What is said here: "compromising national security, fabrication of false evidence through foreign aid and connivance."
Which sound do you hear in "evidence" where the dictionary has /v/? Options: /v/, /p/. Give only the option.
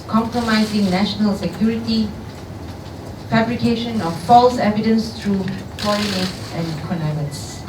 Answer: /v/